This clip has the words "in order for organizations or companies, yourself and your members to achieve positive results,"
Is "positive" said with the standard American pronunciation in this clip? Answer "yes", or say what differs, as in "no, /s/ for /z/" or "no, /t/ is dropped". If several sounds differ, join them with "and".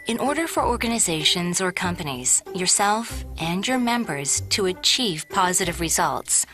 yes